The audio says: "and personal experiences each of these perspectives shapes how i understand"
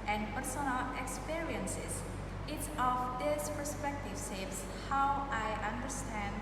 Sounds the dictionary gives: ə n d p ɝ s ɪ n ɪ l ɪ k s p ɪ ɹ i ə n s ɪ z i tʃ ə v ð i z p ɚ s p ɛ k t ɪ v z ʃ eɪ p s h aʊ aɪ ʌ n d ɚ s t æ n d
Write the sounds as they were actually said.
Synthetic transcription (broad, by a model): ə n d p ɝ s ɪ n ɪ l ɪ k s p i ɹ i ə n s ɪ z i s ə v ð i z p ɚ s p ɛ k t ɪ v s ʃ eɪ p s h aʊ aɪ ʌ n d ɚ s t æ n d